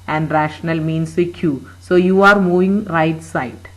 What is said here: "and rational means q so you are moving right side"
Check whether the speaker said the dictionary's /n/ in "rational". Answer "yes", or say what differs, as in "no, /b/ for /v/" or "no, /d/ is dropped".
yes